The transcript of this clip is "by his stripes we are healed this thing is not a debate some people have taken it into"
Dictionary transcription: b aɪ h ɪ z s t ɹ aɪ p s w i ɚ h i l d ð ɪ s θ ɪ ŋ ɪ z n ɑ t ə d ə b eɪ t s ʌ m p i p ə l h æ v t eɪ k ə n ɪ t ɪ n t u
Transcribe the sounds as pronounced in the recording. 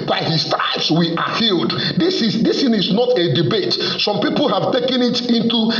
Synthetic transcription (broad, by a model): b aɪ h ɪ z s t aɪ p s w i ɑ h i l d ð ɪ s s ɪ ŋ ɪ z n ɑ t ə d ə b eɪ t s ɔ m p i p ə l h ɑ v t eɪ k ə n ɪ t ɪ n t u